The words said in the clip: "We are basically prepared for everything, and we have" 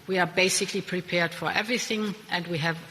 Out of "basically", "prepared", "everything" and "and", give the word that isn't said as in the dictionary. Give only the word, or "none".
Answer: none